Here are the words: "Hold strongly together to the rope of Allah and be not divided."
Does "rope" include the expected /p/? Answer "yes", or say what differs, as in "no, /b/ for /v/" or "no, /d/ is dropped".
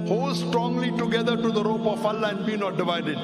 yes